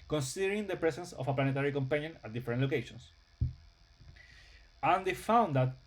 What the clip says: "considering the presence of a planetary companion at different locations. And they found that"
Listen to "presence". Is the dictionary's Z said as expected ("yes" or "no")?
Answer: no